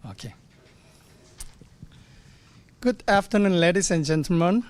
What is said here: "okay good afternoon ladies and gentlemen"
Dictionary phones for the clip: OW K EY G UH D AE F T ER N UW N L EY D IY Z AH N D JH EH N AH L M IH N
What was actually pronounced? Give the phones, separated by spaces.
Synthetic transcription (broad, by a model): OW K EY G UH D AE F T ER N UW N L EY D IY S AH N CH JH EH N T M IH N